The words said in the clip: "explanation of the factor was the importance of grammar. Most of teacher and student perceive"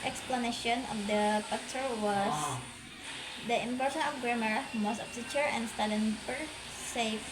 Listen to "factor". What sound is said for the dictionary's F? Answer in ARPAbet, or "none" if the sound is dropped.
P